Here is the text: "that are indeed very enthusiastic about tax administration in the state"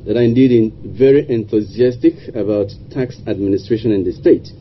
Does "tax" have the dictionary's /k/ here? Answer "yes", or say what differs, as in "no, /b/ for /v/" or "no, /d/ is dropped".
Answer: yes